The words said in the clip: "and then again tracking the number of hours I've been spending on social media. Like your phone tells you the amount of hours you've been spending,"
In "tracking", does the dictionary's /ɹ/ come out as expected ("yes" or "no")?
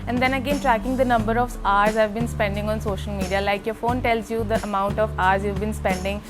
yes